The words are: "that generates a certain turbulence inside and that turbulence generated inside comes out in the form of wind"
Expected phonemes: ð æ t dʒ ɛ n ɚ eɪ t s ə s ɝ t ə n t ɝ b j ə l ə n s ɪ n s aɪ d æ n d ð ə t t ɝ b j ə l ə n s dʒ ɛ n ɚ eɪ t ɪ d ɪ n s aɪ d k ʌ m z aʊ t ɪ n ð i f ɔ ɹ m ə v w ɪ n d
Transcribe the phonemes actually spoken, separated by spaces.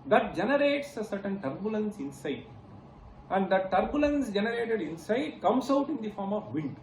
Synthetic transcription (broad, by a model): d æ t dʒ ɛ n ɚ eɪ t s ə s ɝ t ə n t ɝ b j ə l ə n s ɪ n s aɪ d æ n d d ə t t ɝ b j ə l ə n s dʒ ɛ n ɚ eɪ t ɪ d ɪ n s aɪ d k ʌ m s aʊ t ɪ n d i f ɔ ɹ m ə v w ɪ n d